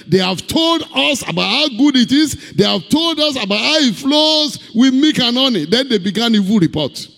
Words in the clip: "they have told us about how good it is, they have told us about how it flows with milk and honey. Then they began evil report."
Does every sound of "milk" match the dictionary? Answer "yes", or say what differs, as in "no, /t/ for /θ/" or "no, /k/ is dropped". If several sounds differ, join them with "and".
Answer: no, /l/ is dropped